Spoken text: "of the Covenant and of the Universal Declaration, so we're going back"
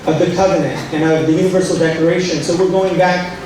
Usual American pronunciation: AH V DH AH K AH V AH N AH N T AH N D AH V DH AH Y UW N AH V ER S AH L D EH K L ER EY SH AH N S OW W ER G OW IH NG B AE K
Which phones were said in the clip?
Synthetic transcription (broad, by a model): AH V DH AH K AH V AH N AH N T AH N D AH V DH AH Y UW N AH V ER S L D EH K ER EY SH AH N S OW W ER G OW IH NG B AE K